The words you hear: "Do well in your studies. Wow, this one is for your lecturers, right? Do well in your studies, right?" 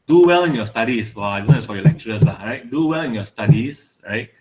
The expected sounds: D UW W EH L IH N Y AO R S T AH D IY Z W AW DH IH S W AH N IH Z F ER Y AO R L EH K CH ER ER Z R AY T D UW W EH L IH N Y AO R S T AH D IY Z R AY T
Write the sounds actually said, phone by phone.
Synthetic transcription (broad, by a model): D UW W EH L IH N Y AO S T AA D IY S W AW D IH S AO IH S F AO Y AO L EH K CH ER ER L R AY T D UW W EH L IH N Y AO S T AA D IY S R AY T